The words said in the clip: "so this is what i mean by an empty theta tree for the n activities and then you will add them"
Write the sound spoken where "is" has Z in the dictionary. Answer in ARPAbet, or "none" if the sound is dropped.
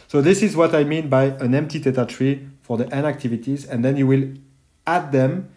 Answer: Z